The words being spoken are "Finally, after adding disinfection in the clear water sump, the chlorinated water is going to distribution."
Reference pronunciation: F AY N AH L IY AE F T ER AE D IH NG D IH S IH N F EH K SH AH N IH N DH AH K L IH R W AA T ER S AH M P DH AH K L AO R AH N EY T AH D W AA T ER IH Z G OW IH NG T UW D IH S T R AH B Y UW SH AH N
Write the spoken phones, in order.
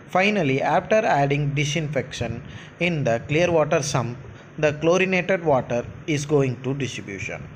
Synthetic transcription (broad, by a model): F AY N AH L IY AE F T ER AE D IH NG D IH S IH N F EH K SH AH N IH N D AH K L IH R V AA T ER S AH M P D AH K L AO R AH N EY T AH D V AA T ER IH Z G OW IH NG T UW D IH S T R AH B Y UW SH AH N